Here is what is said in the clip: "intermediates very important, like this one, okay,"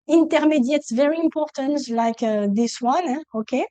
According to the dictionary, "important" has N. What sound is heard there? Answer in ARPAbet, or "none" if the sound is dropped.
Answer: N